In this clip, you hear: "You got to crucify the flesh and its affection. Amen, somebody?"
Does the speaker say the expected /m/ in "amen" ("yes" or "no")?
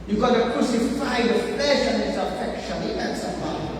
no